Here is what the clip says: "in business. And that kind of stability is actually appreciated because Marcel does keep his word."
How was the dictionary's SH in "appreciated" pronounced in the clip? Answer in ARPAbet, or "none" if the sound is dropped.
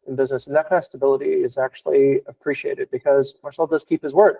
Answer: SH